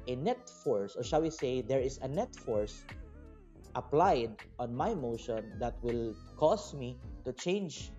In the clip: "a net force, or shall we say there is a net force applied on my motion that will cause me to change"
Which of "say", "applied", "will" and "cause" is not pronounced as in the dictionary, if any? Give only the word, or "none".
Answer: cause